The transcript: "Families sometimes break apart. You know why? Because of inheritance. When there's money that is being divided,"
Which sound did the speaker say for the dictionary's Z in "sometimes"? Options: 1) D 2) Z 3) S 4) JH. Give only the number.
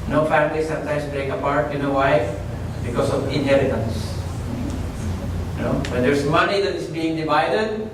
3